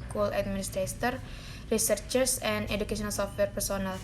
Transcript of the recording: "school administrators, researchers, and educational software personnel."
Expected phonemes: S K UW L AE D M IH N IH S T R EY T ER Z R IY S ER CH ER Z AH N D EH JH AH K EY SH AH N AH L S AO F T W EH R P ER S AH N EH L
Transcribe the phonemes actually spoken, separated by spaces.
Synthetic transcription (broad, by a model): K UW L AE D M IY N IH S T R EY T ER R R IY S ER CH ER S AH N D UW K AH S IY AH N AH L S AO F T W EH R P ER S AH N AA L